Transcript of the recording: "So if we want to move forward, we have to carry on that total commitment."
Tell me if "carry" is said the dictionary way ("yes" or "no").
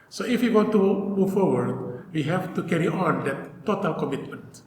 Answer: yes